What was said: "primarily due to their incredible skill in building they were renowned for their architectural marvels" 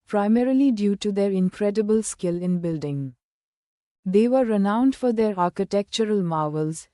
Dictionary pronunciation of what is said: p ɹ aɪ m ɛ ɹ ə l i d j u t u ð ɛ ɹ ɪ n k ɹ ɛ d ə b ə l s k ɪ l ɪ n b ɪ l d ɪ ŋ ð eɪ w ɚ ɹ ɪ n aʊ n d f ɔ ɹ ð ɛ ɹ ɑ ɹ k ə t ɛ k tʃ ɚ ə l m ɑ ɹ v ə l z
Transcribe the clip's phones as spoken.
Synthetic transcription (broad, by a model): p ɹ aɪ m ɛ ɹ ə l i d j u t u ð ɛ ɹ ɪ n k ɹ ɛ d ə b ə l s k ɪ l ɪ n b ɪ l d ɪ ŋ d eɪ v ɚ ɹ ɪ n aʊ n d f ɔ ɹ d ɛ ɹ ɑ ɹ k ə t ɛ k tʃ ɚ ə l m ɑ ɹ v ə l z